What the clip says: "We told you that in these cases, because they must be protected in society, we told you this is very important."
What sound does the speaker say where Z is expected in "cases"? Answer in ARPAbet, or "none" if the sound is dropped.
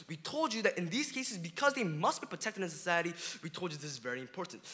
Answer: Z